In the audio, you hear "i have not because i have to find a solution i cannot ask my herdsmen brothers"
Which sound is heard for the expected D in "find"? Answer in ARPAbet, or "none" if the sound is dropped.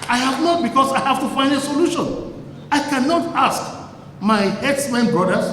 D